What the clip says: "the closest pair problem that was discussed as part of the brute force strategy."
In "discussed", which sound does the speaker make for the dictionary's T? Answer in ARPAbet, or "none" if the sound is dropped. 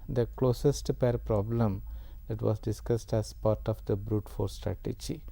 T